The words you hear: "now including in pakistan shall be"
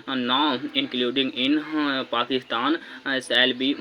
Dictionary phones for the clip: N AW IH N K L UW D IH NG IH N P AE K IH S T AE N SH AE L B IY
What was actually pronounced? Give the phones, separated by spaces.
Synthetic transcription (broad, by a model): N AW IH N K L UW D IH NG IH N P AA K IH S T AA N S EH L B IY